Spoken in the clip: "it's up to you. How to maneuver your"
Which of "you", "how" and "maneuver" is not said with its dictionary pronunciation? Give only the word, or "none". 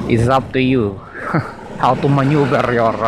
maneuver